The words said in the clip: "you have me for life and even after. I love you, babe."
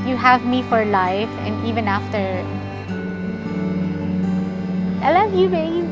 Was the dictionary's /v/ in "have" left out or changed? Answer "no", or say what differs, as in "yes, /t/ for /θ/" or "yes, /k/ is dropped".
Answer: no